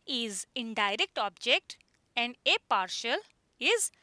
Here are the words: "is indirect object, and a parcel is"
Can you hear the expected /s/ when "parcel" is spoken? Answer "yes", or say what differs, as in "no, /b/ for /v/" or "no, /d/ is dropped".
no, /ʃ/ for /s/